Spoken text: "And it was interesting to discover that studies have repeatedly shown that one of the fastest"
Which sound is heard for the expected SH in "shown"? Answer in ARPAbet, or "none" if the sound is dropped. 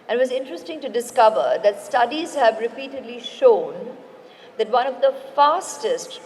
SH